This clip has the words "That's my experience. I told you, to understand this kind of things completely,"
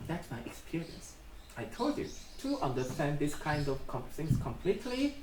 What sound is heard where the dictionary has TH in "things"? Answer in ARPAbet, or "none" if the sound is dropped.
S